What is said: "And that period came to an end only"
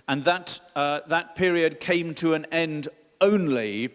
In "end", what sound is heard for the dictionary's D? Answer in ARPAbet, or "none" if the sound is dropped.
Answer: D